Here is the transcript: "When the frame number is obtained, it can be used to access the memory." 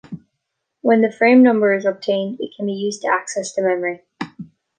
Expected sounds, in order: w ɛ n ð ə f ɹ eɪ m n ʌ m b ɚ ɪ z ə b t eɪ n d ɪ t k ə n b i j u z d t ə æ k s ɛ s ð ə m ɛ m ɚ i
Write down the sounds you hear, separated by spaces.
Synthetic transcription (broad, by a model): w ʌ n ð ə f ɹ eɪ m n ʌ m b ɚ ɪ z ə b t eɪ n d ɪ t k ə n b i j u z t ə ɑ k s ɛ s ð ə m ɛ m ɚ i